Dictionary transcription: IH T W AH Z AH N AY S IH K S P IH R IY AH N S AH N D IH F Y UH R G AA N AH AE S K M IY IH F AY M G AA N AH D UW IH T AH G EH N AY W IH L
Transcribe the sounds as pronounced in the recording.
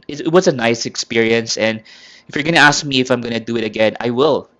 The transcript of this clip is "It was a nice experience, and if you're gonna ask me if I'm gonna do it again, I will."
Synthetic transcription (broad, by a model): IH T W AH S AH N AY S IH K S P IH R IY AH N S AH N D IH F Y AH R G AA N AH AE S K M IY IH F AY M G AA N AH D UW IH T AH G EH N AY W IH L